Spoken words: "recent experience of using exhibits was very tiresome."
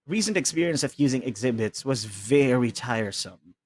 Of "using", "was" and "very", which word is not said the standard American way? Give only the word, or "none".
none